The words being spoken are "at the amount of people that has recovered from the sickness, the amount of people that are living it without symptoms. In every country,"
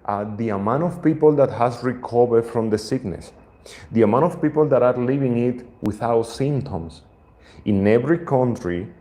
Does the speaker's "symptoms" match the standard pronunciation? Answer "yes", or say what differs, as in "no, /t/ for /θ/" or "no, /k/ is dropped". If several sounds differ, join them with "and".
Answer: no, /s/ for /z/